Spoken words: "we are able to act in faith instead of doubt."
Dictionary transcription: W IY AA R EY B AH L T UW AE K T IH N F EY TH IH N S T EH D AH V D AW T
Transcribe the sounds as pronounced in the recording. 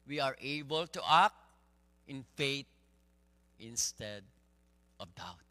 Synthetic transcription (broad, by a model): W IY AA R EY B AH L T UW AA K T IH N F EY T IH N S T EH D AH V D AW T